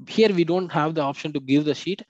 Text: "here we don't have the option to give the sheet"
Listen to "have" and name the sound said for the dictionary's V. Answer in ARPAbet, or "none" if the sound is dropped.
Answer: V